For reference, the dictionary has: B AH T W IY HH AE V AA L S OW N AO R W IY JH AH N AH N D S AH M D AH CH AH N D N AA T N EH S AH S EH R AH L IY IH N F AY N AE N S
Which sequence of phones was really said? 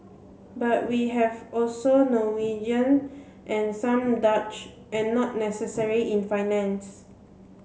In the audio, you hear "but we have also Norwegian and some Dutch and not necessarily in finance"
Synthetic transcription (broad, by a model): B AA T W IY HH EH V AA L S OW N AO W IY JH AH N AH N S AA M D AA CH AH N N AA T N EH S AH S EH R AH IY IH N F AY N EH N S